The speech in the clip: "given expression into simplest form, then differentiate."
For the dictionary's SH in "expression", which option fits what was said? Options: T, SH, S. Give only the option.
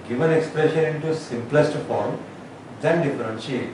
SH